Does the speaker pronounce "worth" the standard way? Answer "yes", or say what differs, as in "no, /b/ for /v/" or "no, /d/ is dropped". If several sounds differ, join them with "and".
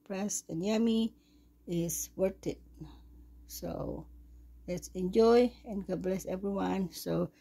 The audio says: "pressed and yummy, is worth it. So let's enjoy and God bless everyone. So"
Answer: no, /t/ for /θ/